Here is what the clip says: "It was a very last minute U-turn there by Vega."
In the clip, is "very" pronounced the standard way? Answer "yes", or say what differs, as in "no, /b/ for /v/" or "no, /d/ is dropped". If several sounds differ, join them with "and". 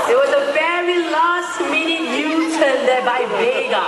no, /p/ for /v/